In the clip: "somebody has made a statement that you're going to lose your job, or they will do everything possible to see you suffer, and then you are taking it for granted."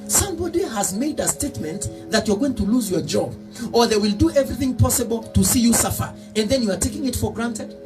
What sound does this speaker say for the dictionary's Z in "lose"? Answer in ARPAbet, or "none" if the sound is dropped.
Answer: Z